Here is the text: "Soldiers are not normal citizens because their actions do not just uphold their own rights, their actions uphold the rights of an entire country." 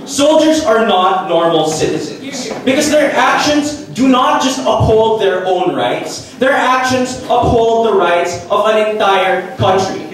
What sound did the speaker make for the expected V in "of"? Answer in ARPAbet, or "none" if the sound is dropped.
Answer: V